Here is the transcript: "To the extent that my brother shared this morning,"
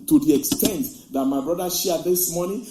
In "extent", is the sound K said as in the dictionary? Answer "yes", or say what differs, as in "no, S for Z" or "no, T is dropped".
yes